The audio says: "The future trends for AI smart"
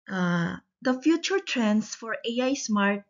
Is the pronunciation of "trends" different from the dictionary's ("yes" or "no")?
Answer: yes